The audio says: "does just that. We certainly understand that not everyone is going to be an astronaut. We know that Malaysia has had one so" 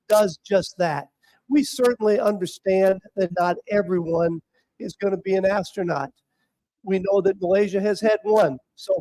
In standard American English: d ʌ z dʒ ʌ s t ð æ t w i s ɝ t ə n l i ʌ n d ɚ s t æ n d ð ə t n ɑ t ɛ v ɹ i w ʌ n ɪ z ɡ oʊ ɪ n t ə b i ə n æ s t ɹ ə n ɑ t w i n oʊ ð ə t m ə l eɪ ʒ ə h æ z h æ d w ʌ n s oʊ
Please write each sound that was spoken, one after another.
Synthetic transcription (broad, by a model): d ʌ z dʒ ʌ s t ð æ t w i s ɝ t n l i ʌ n d ɚ s t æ n ð ə t n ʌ t ɛ v ɹ i w ʌ n ɪ z ɡ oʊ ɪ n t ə b i ə n æ s t ɹ ə n ɑ t w i n oʊ ð ə t m ə l eɪ ʒ ə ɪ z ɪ d w ʌ n s oʊ